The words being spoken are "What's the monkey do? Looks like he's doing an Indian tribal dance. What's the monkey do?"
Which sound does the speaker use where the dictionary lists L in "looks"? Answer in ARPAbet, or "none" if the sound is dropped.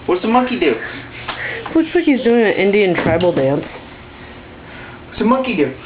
W